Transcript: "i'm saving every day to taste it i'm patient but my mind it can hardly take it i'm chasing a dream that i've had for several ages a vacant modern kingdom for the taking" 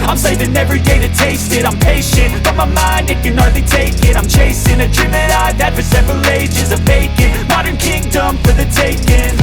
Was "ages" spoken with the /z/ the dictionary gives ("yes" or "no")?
yes